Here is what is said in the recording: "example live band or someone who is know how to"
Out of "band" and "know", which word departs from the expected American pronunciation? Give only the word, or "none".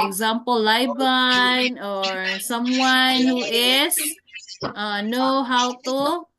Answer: band